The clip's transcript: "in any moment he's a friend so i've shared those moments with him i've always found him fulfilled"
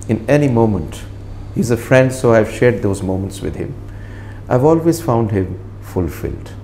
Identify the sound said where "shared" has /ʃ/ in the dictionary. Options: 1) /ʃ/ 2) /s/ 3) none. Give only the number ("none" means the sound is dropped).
1